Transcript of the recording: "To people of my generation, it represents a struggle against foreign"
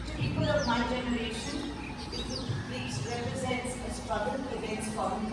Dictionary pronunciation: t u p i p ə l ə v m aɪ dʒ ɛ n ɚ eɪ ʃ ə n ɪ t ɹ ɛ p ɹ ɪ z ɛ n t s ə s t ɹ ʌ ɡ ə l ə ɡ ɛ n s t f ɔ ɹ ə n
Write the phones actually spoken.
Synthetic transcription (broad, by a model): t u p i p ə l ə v m aɪ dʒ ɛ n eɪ ʃ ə n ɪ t ɹ ɛ p ɹ ɪ z ɛ n t s ə s t ɹ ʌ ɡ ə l ə ɡ ɛ n s t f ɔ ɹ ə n